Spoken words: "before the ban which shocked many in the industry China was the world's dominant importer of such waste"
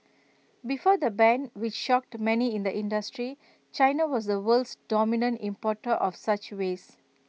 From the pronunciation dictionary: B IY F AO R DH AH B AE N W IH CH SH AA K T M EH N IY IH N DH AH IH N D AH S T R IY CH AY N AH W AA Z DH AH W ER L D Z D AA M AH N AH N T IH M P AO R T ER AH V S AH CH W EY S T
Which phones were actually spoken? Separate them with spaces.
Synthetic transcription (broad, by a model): B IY F AO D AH B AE N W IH CH SH AA K T M EH N IY IH N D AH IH N D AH S T R IY CH AY N AH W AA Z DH AH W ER L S D AA M AH N AH N T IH M P AO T T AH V S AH CH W EY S